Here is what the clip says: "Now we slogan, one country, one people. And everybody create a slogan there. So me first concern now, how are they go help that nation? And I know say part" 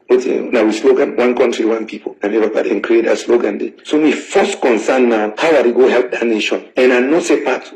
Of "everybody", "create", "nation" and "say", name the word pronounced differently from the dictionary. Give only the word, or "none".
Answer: everybody